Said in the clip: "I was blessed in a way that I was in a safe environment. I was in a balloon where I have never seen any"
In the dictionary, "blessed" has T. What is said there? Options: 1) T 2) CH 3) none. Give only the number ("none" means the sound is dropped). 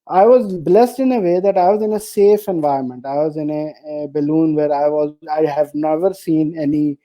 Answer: 1